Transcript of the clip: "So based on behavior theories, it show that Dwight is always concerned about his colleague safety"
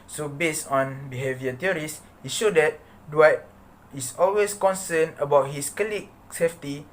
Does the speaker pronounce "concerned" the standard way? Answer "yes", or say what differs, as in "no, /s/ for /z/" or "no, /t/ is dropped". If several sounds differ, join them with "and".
no, /d/ is dropped